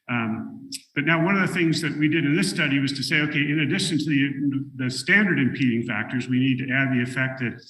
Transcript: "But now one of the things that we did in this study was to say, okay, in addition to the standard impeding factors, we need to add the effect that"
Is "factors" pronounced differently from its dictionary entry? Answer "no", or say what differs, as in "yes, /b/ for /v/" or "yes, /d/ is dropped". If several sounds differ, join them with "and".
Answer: no